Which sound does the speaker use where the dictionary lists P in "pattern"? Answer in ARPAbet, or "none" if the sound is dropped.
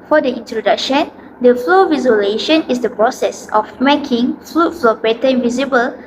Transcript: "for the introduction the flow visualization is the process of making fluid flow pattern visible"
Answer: B